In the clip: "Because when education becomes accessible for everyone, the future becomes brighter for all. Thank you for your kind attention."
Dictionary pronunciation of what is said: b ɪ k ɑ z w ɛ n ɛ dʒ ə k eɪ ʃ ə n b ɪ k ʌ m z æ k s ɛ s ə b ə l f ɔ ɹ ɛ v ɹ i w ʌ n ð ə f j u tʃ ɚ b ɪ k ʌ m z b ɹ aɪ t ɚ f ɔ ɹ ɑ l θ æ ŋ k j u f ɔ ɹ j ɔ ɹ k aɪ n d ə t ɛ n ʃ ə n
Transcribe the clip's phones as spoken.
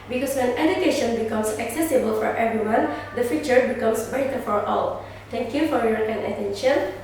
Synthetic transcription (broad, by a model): b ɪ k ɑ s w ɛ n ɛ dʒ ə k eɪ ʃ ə n b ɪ k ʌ m s æ k s ɛ s ə b ə l f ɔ ɹ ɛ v ɹ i w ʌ n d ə f j u tʃ ɚ b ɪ k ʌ m s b aɪ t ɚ f ɔ ɹ ɑ l t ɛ ŋ k j u f ɔ ɹ j ɔ ɹ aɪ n ə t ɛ n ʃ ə n